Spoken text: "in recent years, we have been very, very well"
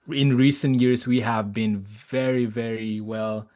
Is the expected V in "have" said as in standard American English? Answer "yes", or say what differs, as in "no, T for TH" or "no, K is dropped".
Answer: yes